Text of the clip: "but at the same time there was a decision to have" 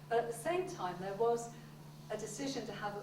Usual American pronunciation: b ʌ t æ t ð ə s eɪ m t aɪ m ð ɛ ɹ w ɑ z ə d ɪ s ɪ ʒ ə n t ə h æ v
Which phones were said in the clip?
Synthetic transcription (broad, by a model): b ʌ t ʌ t ð ə s eɪ m t aɪ m ð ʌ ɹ w ɑ z ə d ɪ s ɪ ʒ ə n t ə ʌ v